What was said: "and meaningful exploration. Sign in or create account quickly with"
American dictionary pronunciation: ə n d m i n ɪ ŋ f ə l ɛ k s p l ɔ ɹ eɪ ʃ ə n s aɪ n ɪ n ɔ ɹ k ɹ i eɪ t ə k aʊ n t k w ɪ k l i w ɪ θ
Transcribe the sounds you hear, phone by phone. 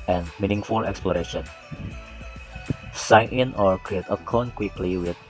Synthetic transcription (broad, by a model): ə n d m i n ɪ ŋ f ə l ɛ k s p l ɔ ɹ eɪ ʃ ə n s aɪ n ɪ n ɔ ɹ k ɹ i eɪ t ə k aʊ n k w ɪ k l i w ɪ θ